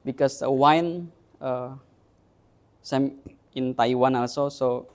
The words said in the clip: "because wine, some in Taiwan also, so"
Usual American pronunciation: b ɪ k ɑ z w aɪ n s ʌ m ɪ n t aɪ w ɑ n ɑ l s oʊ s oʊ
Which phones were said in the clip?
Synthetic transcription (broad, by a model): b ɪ k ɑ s w aɪ n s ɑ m ɪ n t aɪ w ɑ n ɑ l s oʊ s oʊ